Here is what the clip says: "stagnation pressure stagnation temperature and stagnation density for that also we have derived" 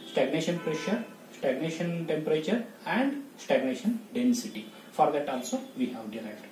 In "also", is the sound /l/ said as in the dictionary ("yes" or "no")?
yes